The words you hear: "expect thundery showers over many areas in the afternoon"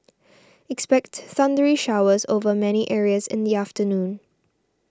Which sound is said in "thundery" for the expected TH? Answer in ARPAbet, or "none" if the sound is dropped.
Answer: S